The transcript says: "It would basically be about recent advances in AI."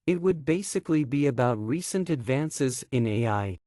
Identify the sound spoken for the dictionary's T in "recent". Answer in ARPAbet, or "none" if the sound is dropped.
T